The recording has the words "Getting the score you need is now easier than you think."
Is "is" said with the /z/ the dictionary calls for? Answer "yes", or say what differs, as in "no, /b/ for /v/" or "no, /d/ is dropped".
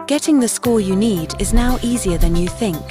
yes